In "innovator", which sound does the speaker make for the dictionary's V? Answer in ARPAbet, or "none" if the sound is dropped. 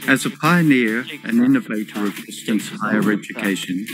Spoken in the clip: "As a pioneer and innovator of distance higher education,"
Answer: V